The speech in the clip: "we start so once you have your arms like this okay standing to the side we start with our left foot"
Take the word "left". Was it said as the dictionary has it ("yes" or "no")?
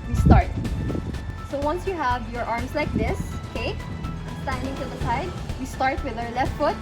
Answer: yes